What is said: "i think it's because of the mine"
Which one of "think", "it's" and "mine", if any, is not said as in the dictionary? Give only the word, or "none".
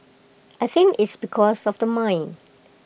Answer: think